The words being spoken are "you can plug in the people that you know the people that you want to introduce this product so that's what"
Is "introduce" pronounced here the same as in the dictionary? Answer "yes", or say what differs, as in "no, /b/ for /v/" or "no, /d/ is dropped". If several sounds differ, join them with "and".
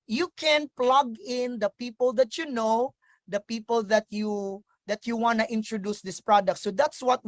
yes